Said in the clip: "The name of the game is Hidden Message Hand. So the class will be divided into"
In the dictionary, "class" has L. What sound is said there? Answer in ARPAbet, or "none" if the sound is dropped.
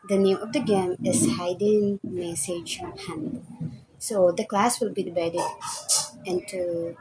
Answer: L